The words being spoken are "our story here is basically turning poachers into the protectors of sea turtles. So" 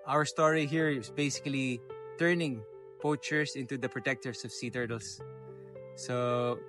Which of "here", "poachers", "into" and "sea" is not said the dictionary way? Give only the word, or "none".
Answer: poachers